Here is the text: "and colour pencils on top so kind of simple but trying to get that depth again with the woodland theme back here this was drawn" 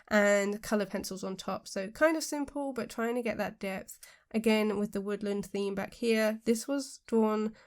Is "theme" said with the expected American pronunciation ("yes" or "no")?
yes